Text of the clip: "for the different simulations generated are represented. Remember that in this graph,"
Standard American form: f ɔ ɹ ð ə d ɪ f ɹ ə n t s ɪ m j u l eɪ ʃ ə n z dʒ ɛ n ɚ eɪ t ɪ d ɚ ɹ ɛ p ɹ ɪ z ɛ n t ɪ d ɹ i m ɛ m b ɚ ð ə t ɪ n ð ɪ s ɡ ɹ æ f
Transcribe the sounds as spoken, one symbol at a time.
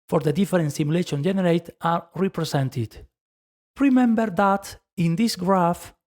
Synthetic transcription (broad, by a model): f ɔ ɹ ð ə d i f ɹ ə n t s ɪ m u l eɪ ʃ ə n dʒ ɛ n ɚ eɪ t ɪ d ɹ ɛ p ɹ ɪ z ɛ n t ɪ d ɹ i m ɛ m b ɚ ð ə t ɪ n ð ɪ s ɡ ɹ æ f